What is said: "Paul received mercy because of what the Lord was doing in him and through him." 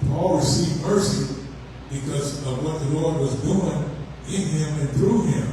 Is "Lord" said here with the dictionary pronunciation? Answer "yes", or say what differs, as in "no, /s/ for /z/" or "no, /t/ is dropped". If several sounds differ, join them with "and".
no, /w/ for /l/